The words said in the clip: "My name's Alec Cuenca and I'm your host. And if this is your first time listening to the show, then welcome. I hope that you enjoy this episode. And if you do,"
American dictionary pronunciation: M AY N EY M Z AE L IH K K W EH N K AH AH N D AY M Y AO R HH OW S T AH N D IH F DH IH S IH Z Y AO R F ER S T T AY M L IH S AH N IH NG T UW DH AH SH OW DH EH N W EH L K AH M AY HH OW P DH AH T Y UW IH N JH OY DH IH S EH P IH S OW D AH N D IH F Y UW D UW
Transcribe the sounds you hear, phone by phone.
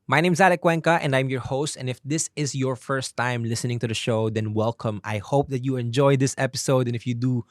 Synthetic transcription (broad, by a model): M AY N EY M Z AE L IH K K W EH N K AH AH N D AY M Y AO R HH OW S T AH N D IH F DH IH S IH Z Y AO R F ER S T T AY M L IH S AH N IH NG T UW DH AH SH OW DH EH N W EH L K AH M AY HH OW P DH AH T Y UW IH N JH OY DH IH S EH P IH S OW D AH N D IH F Y UW D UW